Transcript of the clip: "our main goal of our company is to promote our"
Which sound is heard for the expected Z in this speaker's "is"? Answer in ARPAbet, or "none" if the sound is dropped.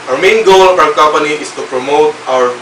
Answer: S